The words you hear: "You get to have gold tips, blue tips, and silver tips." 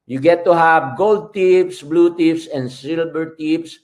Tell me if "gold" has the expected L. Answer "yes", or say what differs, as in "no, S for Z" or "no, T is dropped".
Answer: yes